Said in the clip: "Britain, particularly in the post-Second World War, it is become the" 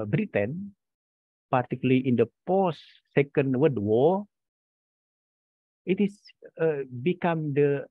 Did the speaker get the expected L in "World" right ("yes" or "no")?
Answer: no